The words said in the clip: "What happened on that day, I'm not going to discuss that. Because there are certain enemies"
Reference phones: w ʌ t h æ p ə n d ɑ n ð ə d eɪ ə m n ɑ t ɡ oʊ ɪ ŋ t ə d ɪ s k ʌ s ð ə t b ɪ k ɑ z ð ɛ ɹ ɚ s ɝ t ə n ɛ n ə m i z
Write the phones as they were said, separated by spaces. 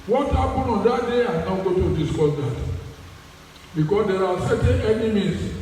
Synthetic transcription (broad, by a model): w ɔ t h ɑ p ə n ɑ n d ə d eɪ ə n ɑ ɡ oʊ t ə d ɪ s k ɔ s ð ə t b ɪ k ɑ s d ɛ ɹ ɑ s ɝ t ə n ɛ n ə m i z